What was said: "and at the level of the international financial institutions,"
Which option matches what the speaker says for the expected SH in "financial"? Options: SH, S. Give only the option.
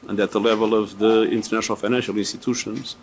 SH